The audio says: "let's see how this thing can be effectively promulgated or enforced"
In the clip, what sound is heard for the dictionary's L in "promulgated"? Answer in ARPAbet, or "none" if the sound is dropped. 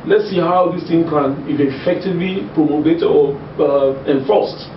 none